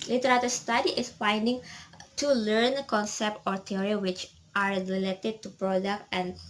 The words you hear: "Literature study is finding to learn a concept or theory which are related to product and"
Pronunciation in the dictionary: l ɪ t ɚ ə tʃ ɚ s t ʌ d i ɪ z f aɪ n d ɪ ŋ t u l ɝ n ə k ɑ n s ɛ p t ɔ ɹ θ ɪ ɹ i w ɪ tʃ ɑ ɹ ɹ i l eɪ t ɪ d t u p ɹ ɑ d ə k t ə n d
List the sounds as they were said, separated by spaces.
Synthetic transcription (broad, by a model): l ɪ t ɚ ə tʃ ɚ s t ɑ d i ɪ s f aɪ n d ɪ ŋ t u l ɝ n k ɑ n s ɛ p t ɔ ɹ t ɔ ɹ i w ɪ tʃ ɑ ɹ ɹ i l eɪ t ɪ d t u p ɹ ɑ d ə k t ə n